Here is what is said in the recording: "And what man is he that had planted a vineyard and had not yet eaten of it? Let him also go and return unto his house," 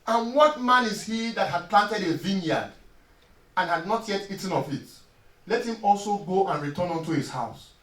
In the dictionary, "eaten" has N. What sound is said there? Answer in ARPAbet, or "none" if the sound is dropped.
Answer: N